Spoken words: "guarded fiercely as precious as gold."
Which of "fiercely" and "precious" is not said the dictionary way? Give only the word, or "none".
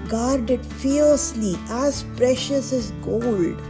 fiercely